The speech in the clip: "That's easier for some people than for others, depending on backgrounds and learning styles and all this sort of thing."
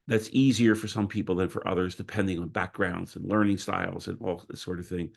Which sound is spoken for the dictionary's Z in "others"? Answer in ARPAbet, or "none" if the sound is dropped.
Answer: Z